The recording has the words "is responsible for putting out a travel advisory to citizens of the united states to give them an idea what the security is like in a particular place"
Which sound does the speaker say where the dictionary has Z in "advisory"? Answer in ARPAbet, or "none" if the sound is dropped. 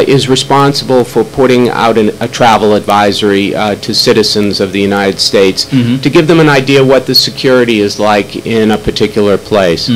Z